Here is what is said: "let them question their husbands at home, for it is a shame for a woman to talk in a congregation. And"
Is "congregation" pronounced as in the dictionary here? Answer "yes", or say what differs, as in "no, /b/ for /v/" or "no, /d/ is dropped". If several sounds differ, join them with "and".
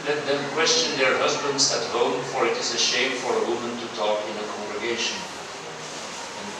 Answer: no, /ʃ/ is dropped